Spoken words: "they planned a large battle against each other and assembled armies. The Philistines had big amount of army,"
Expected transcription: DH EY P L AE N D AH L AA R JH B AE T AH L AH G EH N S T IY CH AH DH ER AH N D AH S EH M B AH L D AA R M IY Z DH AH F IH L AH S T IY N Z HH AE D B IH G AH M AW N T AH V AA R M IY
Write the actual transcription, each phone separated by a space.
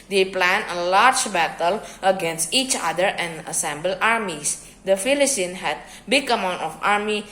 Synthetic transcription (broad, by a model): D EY P L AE N AH L AA R JH B AE T AH L AH G EH N S T IY CH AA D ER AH N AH S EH M B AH L AA R M IY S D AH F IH L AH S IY N HH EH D B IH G AH M AW N T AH F AA R M IY